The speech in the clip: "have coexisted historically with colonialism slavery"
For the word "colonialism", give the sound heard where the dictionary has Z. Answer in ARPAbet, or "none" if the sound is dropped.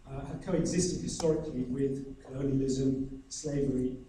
Z